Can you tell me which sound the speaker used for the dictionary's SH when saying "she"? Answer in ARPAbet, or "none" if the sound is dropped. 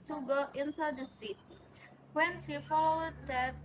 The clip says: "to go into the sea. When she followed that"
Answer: S